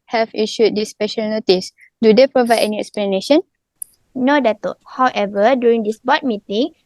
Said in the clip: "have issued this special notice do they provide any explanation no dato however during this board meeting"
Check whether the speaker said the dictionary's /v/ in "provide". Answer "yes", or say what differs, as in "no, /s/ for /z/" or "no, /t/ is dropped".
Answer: yes